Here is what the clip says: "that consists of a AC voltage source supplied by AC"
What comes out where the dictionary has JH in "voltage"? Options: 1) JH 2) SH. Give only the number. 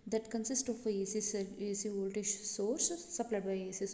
2